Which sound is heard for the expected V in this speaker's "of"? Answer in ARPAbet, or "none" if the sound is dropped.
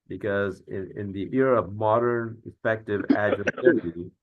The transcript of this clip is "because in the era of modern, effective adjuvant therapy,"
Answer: P